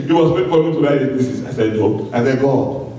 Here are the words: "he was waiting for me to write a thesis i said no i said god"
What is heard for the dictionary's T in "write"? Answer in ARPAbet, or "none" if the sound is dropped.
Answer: none